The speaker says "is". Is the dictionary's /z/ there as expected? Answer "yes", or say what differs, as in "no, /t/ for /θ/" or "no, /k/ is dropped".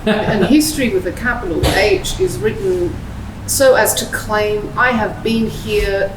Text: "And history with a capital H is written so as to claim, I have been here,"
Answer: yes